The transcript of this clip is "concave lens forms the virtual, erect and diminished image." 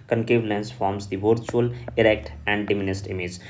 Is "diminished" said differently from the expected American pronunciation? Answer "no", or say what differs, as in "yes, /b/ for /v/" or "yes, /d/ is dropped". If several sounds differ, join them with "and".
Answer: yes, /s/ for /ʃ/